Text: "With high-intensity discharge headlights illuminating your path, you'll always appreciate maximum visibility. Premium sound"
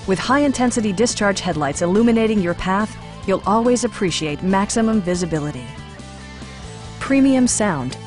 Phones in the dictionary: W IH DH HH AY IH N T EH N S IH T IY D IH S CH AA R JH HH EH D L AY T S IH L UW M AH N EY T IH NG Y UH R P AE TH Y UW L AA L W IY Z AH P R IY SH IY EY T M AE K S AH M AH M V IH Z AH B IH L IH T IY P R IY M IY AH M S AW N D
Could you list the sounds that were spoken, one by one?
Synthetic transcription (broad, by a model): W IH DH HH AY IH N T EH N S IH T IY D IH S CH AA R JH HH EH D L AY T S IH L UW M AH N EY T IH NG Y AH R P AE TH Y UW L AA L W IY Z AH P R IY SH IY EY T M AE K S AH M AH M V IH Z AH B IH L IH T IY P R IY M IY AH M S AW N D